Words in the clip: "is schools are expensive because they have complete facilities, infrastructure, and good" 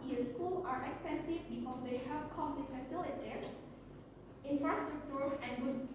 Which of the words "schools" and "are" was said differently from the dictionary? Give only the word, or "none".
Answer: schools